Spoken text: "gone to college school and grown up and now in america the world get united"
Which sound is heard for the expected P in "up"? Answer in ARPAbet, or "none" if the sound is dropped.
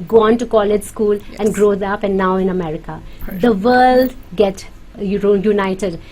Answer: P